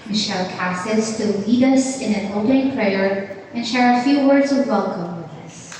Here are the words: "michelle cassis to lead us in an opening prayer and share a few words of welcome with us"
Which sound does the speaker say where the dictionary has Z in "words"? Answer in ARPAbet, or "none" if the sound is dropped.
Z